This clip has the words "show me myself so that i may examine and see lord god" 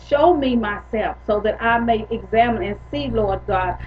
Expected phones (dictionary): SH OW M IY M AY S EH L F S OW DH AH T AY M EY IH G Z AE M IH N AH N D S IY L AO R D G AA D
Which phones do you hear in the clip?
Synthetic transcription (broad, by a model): SH OW M IY M AY S EH L F S OW DH AH T AY M EY IH G Z AE M IH N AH N S IY L AO R D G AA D